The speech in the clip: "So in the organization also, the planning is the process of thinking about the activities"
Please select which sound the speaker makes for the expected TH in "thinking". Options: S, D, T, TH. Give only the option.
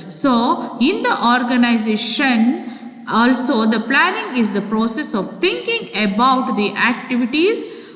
T